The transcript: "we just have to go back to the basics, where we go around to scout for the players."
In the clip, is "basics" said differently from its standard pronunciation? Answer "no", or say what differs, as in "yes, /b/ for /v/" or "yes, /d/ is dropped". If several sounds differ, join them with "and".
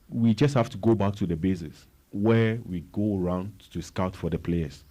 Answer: yes, /k/ is dropped